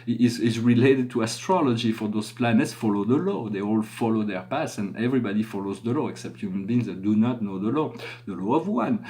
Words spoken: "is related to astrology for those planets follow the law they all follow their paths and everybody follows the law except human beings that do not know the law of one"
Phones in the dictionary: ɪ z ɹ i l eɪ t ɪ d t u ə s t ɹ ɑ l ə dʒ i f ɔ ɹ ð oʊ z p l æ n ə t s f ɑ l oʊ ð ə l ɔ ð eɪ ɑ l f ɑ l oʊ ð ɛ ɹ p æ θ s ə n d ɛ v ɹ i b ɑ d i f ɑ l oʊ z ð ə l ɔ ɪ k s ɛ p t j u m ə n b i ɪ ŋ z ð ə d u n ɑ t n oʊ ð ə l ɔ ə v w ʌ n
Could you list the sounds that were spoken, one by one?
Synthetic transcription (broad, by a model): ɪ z ɹ i l eɪ t ɪ d t u ə s t ɹ ɑ l ə dʒ i f ɔ ɹ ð oʊ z p l æ n ə t s f ɑ l oʊ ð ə l ɔ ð eɪ ɑ l f ɑ l oʊ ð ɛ ɹ p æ s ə n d ɛ v ɹ i b ɑ d i f ɑ l oʊ z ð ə l ɔ ɪ k s ɛ p t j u m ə n b i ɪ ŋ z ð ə d u n ɑ t n oʊ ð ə l ɔ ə v w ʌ n